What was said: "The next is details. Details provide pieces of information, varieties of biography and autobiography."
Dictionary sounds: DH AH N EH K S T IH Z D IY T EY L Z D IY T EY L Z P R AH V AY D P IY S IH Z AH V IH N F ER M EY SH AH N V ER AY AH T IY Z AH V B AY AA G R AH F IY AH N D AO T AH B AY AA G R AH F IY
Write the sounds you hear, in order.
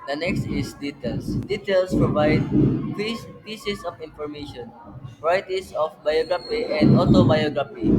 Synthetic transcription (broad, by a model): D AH N EH K S T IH S D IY T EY L S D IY T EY L S P R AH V AY D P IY S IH S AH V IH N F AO M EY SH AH N P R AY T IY S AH F B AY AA G R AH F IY AH N D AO T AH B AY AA G R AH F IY